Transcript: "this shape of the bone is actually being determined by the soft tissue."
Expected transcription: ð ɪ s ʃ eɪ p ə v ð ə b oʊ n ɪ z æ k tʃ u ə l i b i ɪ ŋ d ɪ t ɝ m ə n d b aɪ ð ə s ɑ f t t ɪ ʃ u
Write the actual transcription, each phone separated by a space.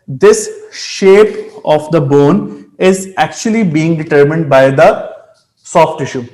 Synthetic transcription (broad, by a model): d ɪ s ʃ eɪ p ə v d ə b oʊ n ɪ z æ k tʃ u ə l i b i ɪ ŋ d ɪ t ɝ m ə n d b aɪ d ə s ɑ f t t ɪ ʃ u